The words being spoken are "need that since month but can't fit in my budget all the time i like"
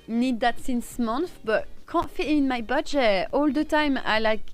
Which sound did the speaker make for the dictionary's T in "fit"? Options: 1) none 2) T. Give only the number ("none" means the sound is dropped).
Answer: 1